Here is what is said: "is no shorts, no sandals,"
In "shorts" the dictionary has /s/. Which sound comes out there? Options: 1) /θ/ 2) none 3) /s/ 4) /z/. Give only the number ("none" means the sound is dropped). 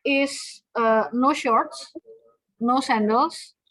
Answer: 3